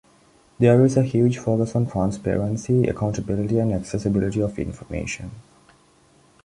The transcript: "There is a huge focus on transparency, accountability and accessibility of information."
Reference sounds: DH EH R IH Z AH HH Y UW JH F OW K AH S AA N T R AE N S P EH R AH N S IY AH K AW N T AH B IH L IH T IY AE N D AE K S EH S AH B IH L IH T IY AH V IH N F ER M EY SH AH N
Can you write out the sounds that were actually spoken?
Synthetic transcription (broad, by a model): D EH R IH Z AH HH Y UW JH F OW K AH S AA N T R AE N S P EH R AH N S IY AH K AW N T AH B IH L IH T IY AE N D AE K S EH S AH B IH L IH T IY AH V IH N F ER M EY SH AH N